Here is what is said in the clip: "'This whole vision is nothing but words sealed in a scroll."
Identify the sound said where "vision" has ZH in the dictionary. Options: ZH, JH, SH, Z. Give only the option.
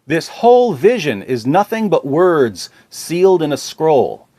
ZH